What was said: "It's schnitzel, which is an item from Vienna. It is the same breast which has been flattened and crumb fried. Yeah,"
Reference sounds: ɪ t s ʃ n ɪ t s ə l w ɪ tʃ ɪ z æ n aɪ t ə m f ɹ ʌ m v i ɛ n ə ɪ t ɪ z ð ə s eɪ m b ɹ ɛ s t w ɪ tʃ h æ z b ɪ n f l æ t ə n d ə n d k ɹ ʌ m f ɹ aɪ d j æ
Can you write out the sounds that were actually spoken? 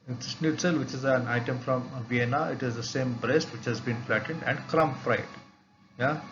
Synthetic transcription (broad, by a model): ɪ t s s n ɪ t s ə l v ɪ tʃ ɪ z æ n aɪ t ə m f ɹ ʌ m v i ɛ n ə ɪ t ɪ z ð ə s eɪ m b ɹ ɛ s t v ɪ tʃ h æ z b ɪ n f l æ t ə n d ə n d k ɹ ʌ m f ɹ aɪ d j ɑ